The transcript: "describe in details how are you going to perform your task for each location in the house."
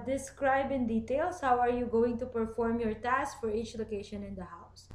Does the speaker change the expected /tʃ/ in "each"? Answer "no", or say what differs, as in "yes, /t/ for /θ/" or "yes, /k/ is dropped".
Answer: no